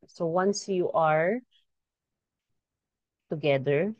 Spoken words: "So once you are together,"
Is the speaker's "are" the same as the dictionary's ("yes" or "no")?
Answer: yes